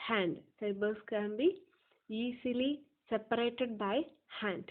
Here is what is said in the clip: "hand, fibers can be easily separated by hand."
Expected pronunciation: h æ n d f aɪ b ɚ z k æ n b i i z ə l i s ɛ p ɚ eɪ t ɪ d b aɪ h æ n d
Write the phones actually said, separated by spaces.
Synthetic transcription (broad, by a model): h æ n d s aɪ b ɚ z k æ n b i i s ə l i s ɛ p ɚ eɪ t ɪ d b aɪ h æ n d